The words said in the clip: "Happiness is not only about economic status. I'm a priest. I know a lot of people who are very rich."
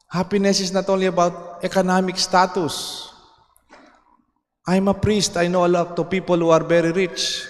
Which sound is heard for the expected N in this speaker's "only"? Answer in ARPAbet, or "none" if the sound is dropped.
none